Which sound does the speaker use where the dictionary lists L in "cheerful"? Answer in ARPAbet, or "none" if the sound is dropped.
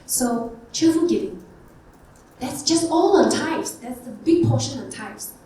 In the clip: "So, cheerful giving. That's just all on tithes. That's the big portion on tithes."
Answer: N